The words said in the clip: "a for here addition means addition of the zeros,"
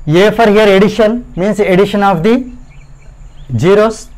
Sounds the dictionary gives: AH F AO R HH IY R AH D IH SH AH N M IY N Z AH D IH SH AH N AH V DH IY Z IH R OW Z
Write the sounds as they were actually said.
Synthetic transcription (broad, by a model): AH F AO R HH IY R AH D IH SH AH N M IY N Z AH D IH SH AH N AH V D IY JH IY R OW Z